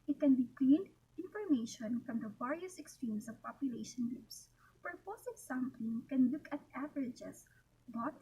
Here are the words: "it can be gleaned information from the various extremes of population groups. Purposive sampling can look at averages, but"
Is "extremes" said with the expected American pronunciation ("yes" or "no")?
no